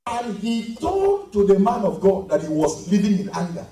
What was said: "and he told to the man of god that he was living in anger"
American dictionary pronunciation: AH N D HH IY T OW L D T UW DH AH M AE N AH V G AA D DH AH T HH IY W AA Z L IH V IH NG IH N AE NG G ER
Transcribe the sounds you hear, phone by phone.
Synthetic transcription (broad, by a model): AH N HH IY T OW D T UW DH AH M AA N AH V G AA D DH AH T HH IY W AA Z L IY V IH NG IH N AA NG G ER